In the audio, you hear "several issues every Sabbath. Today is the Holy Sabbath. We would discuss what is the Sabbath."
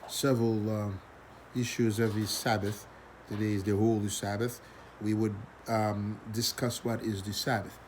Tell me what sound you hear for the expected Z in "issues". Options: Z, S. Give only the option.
Z